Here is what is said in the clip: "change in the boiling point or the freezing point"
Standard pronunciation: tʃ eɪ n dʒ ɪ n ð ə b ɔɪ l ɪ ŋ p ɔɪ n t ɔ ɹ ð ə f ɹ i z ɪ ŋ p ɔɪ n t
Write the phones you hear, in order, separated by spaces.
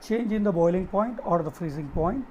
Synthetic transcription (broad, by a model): tʃ eɪ n dʒ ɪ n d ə b ɔɪ l ɪ ŋ p ɔɪ n t ɔ ɹ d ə f ɹ i z ɪ ŋ p ɔɪ n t